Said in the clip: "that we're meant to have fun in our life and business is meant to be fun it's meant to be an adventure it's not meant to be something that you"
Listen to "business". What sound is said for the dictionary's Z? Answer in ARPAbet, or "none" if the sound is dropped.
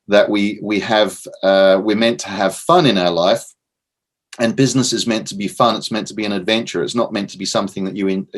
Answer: Z